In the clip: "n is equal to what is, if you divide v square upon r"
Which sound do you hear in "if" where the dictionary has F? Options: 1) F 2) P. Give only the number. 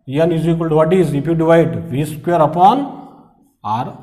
2